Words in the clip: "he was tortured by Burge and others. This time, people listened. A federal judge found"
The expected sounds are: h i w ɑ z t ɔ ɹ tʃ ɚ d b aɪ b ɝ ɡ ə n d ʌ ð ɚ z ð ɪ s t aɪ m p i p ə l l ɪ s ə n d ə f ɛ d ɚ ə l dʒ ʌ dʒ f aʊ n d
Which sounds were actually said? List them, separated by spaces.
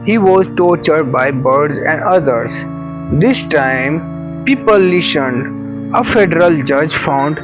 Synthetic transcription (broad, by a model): h i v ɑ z t ɔ ɹ tʃ ɚ d b aɪ b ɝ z ə n d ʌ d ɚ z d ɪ s t aɪ m p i p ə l l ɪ ʃ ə n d ə f ɛ d ɚ ə l dʒ ʌ dʒ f aʊ n d